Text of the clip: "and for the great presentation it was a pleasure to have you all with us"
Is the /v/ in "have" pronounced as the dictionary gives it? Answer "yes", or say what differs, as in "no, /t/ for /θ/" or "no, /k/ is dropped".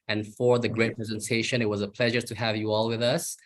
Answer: yes